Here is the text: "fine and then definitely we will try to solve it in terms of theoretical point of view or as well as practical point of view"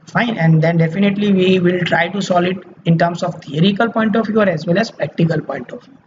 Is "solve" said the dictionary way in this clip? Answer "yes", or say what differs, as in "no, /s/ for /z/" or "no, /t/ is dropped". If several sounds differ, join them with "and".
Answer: no, /v/ is dropped